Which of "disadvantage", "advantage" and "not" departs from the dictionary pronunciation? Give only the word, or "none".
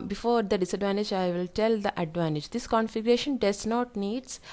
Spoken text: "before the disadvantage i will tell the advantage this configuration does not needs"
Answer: none